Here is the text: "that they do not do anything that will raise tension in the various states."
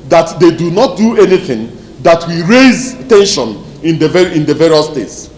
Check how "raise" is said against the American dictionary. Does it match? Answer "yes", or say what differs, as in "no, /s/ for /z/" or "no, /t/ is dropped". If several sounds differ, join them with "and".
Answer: yes